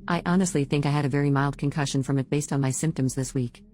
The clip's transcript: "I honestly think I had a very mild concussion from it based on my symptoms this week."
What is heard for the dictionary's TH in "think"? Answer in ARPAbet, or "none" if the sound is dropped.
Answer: TH